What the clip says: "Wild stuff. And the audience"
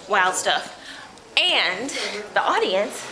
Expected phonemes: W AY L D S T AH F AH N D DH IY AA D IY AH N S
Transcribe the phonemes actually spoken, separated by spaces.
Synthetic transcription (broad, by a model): W AY L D S T AH F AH N DH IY AA D IY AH N S